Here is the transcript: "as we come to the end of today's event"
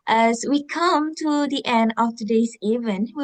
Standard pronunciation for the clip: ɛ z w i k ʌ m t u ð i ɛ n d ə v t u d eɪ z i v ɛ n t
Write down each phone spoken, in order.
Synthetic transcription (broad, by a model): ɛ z w i k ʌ m t u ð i ɛ n d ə f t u d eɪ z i v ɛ n